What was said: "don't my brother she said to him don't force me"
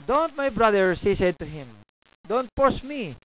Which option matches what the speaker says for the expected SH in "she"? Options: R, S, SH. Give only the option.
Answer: S